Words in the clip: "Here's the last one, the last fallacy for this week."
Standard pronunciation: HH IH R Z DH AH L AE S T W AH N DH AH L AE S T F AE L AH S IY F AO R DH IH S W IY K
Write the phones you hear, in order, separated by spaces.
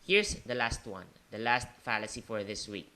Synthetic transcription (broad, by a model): HH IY R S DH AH L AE S T W AH N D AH L AE S T F AE L AH S IY F AO R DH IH S W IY K